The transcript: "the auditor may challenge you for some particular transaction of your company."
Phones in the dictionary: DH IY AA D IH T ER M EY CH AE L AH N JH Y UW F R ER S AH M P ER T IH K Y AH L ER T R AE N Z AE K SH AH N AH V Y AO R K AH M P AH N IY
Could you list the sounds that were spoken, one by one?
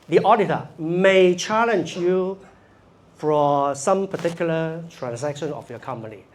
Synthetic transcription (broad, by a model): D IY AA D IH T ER M EY CH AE L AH N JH Y UW F R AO S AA M P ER T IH K Y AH L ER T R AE N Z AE K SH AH N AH F Y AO K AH M P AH N IY